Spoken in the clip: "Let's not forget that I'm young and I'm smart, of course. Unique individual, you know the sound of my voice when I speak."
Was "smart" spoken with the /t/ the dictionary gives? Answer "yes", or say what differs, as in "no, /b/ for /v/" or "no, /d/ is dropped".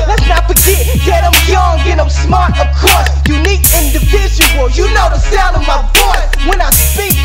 yes